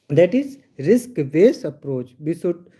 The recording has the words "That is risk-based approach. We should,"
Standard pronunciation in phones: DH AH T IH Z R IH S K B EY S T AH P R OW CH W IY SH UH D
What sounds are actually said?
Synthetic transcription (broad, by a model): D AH T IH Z R IH S K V EY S AH P R OW CH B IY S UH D